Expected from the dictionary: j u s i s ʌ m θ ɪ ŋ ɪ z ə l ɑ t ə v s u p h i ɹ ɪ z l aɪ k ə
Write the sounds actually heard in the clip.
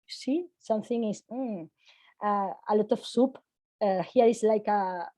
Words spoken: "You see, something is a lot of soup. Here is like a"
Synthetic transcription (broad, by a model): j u s i s ʌ m θ ɪ ŋ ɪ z ə l ɑ t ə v s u p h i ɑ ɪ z l aɪ k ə